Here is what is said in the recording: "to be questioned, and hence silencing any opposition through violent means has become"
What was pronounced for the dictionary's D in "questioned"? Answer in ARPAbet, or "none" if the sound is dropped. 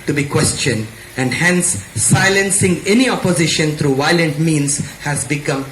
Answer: D